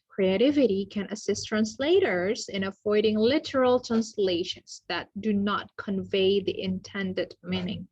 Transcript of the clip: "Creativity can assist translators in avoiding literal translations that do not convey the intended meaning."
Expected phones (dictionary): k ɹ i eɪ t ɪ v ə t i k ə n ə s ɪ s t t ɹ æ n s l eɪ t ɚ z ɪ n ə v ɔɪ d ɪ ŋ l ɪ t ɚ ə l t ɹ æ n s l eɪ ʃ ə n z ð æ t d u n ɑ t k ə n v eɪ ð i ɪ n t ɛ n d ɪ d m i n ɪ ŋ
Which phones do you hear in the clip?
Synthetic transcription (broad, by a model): k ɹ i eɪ t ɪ v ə t i k ə n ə s ɪ s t t ɹ æ n s l eɪ t ɚ z ɪ n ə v ɔɪ d ɪ ŋ l ɪ t ɚ ə l t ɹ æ n s l eɪ ʃ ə n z ð æ t d u n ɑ t k ə n v eɪ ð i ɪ n t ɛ n d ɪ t m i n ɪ ŋ